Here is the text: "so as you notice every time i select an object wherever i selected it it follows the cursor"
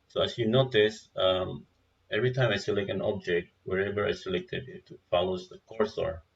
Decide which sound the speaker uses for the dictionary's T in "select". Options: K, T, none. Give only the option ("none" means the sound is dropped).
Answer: none